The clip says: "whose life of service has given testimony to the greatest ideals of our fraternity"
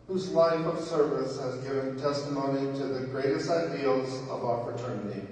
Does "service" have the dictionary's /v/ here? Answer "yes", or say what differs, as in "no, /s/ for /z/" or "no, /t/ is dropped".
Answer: yes